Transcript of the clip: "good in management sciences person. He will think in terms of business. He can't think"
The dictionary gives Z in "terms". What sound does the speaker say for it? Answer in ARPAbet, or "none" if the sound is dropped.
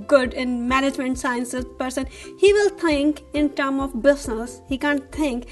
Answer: none